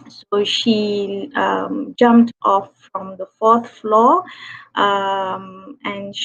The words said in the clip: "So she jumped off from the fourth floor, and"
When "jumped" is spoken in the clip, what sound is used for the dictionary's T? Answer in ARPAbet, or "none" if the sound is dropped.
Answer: T